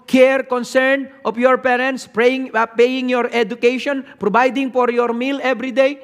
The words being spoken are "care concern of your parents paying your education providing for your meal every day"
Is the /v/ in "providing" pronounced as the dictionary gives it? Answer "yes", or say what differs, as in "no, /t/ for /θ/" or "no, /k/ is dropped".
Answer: no, /b/ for /v/